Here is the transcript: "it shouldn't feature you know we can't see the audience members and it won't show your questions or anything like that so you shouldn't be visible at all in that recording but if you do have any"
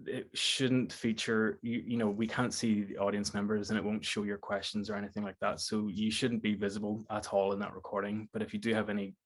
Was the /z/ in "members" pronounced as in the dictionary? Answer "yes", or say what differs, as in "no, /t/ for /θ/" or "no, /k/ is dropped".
yes